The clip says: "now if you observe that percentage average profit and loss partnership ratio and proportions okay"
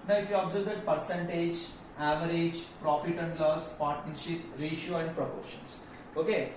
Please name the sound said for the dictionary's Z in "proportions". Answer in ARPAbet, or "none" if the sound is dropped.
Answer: S